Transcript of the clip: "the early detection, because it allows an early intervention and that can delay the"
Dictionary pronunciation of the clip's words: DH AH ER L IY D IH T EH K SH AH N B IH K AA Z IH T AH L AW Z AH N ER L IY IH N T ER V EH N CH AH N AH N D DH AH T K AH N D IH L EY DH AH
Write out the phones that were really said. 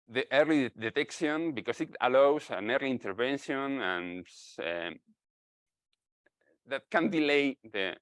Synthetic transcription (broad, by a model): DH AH ER L IY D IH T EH K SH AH N B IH K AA S IH T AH L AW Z AH N ER L IY N T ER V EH N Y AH N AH N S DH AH T K AH N D IH L EY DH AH